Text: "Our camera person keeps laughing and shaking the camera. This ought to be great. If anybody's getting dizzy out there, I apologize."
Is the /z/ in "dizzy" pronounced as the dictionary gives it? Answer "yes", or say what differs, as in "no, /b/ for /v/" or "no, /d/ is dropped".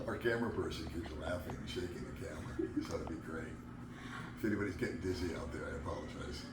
yes